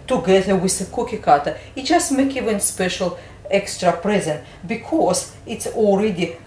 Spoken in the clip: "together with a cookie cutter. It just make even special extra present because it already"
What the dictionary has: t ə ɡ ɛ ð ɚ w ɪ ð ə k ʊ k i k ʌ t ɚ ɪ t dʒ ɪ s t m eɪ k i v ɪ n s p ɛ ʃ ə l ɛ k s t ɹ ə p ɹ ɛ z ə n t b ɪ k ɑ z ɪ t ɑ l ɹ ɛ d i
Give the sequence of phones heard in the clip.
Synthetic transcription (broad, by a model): t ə ɡ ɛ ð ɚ w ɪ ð ə k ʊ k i k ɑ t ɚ ɪ t dʒ ɪ s t m eɪ k i v ɪ n s p ɛ ʃ ə l ɛ k s t ɹ ə p ɹ ɛ z ə n t b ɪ k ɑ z ɪ t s l ɹ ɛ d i